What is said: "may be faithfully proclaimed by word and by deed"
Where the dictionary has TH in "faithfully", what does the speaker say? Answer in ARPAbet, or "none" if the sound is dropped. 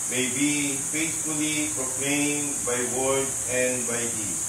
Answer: S